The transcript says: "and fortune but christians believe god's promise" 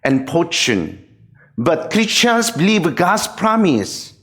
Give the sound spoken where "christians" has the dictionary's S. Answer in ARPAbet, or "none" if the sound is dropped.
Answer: none